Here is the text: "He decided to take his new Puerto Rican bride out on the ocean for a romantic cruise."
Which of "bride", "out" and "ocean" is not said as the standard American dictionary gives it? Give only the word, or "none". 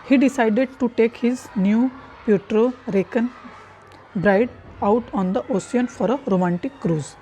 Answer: ocean